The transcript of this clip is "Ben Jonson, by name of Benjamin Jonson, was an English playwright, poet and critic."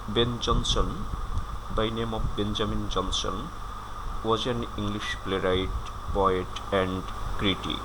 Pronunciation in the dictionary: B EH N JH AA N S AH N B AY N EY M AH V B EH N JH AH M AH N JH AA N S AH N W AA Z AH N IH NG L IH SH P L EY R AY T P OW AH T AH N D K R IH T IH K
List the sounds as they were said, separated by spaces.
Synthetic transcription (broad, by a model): B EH N JH AA N S AH N B AY N EY M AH B B EH N JH AH M AH N JH AA N S AH N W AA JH AH N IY NG L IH SH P L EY R AY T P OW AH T AH N D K R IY T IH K